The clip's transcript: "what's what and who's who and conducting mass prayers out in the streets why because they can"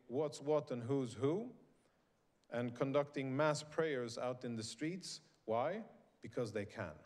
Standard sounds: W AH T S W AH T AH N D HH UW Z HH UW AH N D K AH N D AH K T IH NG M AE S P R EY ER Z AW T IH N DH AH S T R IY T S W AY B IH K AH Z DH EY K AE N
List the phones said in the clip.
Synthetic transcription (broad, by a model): W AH T S W AH T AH N HH UW Z HH UW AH N K AH N D AH K T IH NG M AE S P R EY ER Z AW T IH N DH AH S T R IY T S W AY B IH K AH Z DH EY K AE N